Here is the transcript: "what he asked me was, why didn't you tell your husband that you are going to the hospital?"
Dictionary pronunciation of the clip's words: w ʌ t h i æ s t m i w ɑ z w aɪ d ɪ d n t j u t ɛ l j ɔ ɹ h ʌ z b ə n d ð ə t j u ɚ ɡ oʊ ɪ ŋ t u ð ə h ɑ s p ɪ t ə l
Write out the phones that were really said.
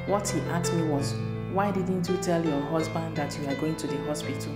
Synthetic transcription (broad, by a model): w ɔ t h i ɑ t m i w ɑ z w aɪ d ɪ d n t j u t ɛ l j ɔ h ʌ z b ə n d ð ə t j u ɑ ɡ oʊ ɪ ŋ t u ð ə h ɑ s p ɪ t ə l